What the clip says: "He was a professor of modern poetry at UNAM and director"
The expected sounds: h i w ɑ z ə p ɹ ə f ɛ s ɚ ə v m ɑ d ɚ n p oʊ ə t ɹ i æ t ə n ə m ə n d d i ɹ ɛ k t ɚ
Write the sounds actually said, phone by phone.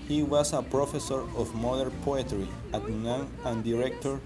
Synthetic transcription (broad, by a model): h i w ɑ s ə p ɹ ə f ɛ s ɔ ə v m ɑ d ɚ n p oʊ ə t ɹ i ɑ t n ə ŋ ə n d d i ɹ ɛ k t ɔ